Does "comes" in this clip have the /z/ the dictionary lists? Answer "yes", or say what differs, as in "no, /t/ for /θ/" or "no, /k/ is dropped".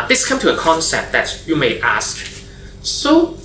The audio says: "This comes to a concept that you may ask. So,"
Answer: no, /z/ is dropped